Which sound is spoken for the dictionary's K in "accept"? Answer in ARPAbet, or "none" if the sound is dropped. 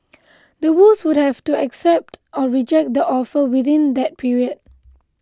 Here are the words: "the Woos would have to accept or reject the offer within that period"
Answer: K